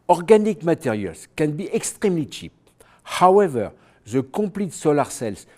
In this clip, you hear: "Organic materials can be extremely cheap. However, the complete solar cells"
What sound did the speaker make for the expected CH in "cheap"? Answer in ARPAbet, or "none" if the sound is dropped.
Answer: CH